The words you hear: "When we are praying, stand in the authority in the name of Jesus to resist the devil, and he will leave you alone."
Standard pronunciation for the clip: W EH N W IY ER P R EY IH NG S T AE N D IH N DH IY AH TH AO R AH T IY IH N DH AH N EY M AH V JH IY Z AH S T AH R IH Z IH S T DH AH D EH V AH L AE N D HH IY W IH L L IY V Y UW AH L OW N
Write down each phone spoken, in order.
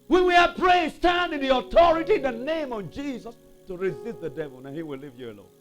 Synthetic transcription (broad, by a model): W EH N W IY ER P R EY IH S T AE N D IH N DH IY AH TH AO R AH T IY IH N DH AH N EY M AH V JH IY Z AH S T AH R IH Z IH S T DH AH D EH V AH L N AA HH IY W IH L L IY V Y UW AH L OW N